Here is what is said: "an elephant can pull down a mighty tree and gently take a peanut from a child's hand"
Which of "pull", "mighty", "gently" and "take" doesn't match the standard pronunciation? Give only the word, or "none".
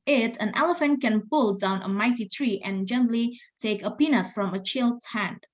none